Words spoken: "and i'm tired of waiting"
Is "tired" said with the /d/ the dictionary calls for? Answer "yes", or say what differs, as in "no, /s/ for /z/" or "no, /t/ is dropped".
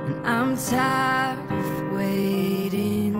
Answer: no, /d/ is dropped